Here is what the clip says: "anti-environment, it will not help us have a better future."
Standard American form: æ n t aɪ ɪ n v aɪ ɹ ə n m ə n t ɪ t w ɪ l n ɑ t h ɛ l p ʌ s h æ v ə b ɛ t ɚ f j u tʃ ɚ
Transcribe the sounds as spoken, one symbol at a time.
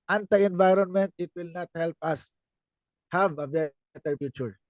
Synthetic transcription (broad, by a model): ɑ n t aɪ ɪ n v aɪ ɹ ə n m ə n t ɪ t w ɪ l n ɑ t h ɛ l p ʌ s h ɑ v ə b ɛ t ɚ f j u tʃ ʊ